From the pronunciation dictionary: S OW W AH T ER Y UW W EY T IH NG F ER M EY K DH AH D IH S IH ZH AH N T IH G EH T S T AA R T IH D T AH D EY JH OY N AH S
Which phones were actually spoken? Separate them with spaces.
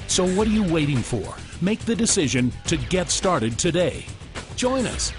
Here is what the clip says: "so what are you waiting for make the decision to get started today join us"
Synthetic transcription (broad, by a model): S OW W AH T ER Y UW W EY T IH NG F ER M EY K DH AH D IH S IH ZH AH N T IH G EH T S T AA R T IH D T AH D EY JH OY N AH S